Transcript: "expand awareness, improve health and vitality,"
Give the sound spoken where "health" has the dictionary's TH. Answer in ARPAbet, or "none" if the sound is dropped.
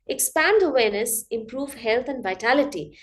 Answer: T